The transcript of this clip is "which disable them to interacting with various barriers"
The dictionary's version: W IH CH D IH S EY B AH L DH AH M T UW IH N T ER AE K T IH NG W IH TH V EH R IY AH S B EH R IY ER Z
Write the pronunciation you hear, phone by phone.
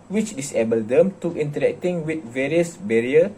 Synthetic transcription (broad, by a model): W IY CH D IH S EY B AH L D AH M T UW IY N T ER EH K T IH NG W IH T V EH R IY AH S B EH R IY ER